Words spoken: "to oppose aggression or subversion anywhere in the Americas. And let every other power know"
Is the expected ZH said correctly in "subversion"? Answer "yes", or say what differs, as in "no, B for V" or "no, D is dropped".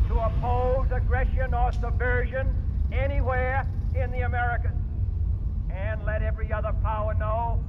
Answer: yes